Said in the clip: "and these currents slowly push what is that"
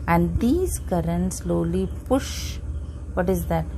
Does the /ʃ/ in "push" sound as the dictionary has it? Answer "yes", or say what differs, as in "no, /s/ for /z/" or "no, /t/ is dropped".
yes